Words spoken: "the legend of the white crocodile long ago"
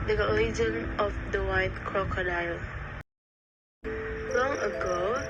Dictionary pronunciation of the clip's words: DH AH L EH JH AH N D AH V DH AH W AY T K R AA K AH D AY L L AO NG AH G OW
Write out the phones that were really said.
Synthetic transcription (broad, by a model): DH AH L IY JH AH N AH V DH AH W AY T K R AA K AH D AY L L AO NG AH G OW